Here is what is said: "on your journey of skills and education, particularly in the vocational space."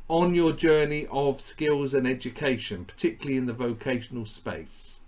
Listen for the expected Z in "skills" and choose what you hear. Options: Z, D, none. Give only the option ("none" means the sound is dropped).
Z